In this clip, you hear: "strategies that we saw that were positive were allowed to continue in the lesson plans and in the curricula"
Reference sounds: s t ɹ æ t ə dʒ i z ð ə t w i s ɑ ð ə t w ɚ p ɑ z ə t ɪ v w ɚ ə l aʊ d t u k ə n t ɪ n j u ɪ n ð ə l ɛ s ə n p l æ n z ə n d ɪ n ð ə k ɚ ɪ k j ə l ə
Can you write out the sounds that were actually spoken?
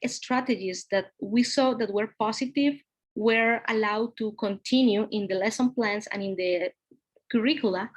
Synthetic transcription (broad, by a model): s t ɹ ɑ t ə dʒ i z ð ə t w i s ɑ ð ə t w ɚ p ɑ s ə t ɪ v w ɚ ə l aʊ d t u k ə n t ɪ n j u ɪ n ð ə l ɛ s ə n p l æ n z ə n ɪ n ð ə k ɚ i k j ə l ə